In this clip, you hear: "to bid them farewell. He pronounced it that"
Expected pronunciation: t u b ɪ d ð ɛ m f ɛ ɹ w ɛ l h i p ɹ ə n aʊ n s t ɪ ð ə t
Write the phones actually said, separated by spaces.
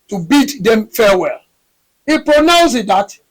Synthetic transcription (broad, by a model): t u b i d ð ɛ m f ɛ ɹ w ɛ l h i p ɹ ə n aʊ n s ɪ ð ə t